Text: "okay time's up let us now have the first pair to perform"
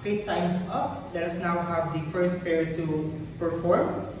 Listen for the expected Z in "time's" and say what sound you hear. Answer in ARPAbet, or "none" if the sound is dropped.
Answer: S